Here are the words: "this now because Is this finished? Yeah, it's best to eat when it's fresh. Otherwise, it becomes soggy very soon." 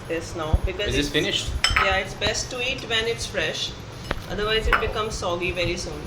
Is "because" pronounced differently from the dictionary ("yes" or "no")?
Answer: yes